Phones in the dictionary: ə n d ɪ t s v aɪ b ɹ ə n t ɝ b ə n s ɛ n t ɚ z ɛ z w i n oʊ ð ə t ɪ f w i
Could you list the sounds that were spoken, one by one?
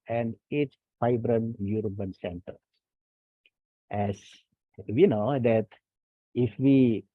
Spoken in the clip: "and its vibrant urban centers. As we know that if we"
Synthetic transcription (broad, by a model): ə n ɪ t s f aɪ b ɹ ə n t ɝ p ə n s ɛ n t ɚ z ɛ s w i n oʊ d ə t ɪ f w i